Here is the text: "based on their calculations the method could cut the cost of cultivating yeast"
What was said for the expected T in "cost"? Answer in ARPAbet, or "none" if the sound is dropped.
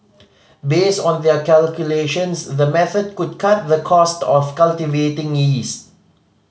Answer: T